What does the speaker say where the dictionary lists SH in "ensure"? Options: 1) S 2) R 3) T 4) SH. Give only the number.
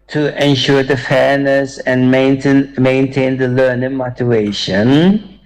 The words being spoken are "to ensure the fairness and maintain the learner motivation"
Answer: 4